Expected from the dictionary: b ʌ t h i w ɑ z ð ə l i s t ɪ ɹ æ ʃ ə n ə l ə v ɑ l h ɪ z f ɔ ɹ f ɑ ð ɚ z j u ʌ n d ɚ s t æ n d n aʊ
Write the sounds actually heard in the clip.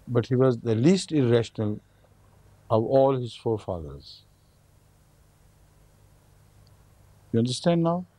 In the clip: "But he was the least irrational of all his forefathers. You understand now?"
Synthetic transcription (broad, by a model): b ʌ t h i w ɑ z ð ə l i s t ɪ ɹ æ ʃ ə n ə l ə v ɑ l h ɪ z f ɔ ɹ f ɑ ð ɚ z j u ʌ n d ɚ s t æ n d n aʊ